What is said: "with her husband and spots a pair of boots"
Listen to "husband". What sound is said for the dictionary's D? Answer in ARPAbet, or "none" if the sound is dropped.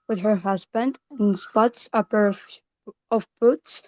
D